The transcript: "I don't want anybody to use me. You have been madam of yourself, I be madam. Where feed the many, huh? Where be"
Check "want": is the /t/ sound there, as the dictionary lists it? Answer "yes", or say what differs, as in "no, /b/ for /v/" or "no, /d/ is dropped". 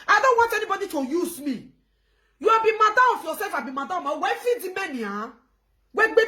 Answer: yes